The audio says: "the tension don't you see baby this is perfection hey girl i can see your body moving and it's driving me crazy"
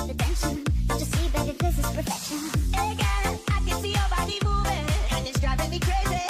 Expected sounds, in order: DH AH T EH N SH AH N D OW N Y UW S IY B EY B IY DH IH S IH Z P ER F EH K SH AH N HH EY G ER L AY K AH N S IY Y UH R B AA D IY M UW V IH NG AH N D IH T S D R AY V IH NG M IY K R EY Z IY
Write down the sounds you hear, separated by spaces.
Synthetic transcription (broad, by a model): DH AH T EH N SH AH N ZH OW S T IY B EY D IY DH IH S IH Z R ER F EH K SH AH N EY G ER N AY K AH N S IY Y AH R B AA D IY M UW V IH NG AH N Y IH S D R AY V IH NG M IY K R EY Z IY